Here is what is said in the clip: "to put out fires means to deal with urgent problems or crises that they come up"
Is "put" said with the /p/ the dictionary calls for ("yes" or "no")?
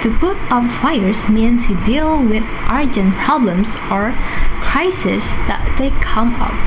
no